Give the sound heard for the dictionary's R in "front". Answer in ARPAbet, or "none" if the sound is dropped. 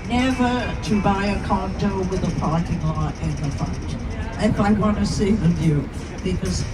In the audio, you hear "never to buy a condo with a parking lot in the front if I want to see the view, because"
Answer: none